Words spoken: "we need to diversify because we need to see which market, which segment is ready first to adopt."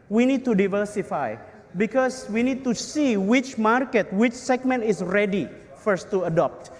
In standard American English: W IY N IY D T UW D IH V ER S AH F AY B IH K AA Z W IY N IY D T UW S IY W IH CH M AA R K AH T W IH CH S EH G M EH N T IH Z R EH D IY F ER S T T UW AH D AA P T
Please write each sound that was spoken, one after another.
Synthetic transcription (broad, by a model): W IY N IY D T UW D IH V ER S AH F AY B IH K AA S W IY N IY D T UW S IY W IH CH M AA R K AH T W IH CH S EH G M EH N T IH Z R EH D IY F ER S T T UW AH D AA P T